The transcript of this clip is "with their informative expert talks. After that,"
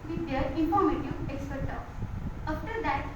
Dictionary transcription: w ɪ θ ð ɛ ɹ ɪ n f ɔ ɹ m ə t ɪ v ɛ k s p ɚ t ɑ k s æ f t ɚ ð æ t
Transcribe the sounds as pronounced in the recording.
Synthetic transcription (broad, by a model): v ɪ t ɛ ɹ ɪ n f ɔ ɹ m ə t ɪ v ɛ k s p ɚ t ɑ s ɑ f t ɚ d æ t